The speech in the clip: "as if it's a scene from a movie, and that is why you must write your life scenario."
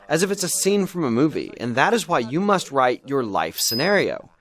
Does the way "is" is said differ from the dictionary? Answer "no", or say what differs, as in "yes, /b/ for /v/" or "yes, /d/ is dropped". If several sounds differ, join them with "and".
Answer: no